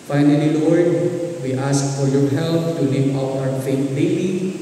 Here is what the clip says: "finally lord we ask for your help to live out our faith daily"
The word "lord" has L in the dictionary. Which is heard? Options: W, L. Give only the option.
W